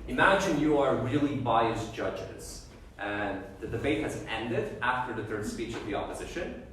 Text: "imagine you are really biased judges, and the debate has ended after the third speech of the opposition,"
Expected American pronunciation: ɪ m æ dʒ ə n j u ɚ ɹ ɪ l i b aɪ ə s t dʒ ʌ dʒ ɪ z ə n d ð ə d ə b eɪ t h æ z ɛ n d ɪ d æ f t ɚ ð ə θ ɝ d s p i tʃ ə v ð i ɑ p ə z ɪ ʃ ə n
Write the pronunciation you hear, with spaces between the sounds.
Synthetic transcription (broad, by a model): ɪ m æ dʒ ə n j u ɚ ɹ ɪ l i b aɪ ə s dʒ ʌ dʒ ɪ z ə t ð ə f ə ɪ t h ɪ z ɛ n d ɪ d æ f t ɚ ð ə θ ɝ d s p i tʃ ə v ð i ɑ p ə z ɪ ʃ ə n